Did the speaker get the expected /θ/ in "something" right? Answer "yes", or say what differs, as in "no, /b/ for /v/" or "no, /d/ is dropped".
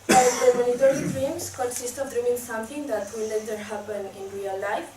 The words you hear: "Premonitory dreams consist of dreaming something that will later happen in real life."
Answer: no, /t/ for /θ/